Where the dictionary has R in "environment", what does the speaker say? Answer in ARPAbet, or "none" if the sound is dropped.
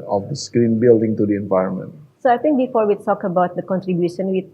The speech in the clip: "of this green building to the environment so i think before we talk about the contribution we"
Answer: R